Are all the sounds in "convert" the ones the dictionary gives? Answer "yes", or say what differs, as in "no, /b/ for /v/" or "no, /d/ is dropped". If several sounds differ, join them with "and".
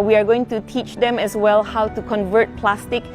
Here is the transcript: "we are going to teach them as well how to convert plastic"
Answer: yes